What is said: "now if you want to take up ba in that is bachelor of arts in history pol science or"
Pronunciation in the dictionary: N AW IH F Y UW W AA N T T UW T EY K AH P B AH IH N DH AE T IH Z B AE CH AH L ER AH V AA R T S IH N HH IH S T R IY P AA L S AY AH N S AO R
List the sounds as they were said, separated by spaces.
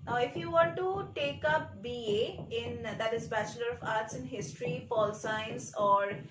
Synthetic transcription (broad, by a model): N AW IH F Y UW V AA N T T UW T EY K AH P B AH IH N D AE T IH Z B AE CH AH L ER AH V AA R T S IH N HH IH S T R IY F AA L S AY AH N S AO R